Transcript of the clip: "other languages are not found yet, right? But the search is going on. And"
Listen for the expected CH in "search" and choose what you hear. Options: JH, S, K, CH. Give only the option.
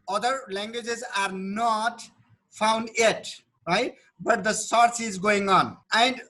S